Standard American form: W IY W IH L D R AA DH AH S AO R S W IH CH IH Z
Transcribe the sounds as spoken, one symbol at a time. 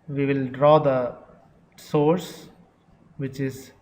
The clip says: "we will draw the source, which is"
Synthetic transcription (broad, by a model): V IY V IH L D R AA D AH S AO R S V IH CH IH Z